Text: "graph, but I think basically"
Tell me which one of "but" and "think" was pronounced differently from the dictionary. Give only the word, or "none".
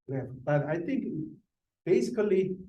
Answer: think